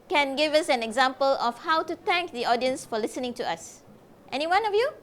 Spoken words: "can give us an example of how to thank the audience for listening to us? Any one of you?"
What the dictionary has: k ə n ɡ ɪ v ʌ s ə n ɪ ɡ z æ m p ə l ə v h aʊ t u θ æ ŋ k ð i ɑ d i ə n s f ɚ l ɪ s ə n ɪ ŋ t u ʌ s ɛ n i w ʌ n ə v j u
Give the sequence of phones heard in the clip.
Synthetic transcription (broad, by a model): k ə n ɡ ɪ v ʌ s ə n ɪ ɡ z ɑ m p ə l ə f h aʊ t u t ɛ ŋ k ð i ɑ d i ə n s f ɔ l ɪ s ə n ɪ ŋ t u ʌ s ɛ n i w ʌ n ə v j u